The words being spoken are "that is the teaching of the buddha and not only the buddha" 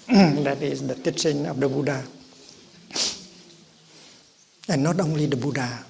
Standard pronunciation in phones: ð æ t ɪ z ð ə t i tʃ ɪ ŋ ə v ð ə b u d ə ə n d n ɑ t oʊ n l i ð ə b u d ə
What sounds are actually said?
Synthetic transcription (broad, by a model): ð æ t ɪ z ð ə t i s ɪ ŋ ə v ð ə b u d ə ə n n ɑ t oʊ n l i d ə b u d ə